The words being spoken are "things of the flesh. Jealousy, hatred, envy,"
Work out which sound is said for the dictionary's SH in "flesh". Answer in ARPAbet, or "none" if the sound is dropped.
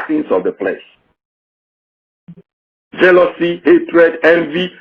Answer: S